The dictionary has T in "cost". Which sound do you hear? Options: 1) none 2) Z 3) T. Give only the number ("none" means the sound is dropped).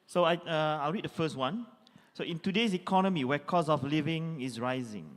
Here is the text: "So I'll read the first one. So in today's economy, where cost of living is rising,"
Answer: 1